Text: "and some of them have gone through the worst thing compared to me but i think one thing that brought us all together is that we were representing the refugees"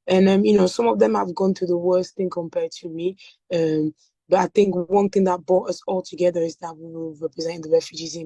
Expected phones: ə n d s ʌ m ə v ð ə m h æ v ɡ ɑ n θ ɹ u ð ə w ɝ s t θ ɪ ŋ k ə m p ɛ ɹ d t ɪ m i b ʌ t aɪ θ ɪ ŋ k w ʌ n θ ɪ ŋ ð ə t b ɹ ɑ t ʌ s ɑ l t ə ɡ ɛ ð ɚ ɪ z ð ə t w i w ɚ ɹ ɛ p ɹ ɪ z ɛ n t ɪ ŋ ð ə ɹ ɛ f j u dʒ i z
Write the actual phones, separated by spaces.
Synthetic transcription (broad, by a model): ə n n s ʌ m ə v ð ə m h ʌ v ɡ ɑ n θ u ð ə w ɝ s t θ ɪ ŋ k ə m p ɛ ɹ d t ɪ m i b ʌ t aɪ θ ɪ ŋ k w ʌ n θ ɪ ŋ ð ə t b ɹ ɑ t ʌ s ɑ l t ə ɡ ɛ ð ɚ ɪ z ð ə t w i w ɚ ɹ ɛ p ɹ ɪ z ɛ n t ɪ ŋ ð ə ɹ ɛ f j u dʒ i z